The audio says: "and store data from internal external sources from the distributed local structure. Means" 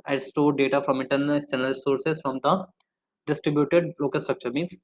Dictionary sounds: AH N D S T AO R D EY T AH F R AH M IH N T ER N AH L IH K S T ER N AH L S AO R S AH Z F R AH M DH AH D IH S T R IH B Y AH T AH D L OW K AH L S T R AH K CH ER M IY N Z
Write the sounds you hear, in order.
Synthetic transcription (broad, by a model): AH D S T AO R D EY T AH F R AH M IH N T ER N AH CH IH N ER AH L S AO R S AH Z F R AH M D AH D IH S T R IH B Y AH T AH D L OW K AH L S T R AH K CH ER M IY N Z